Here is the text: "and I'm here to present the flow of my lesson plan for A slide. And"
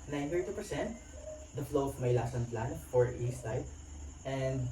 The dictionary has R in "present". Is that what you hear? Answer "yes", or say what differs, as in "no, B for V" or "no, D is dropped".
no, R is dropped